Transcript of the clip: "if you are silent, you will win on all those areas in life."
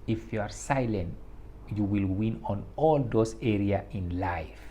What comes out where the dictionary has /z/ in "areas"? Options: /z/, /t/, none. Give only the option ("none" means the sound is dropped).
none